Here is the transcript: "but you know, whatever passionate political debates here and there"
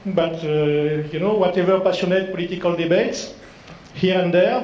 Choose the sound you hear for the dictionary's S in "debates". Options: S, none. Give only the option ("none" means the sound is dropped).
S